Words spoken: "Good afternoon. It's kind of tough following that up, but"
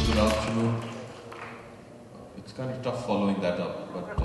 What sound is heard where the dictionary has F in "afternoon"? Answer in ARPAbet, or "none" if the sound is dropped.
P